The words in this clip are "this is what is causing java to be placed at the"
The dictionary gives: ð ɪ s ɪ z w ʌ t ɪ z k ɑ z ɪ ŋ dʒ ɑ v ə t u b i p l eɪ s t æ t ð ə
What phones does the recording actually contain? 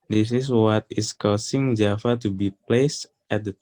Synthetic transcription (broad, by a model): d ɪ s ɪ s w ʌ t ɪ s k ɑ s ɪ ŋ dʒ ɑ f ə t u b i p l eɪ s t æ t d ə